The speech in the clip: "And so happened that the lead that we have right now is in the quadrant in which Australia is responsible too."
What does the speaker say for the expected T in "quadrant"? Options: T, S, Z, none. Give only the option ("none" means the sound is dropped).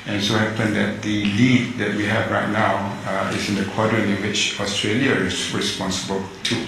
none